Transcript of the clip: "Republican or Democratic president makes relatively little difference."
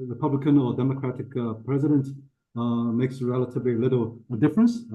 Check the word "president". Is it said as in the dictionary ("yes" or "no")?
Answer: yes